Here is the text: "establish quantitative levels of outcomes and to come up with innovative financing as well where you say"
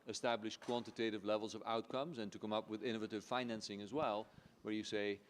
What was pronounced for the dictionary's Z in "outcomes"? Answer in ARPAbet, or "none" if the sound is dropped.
Z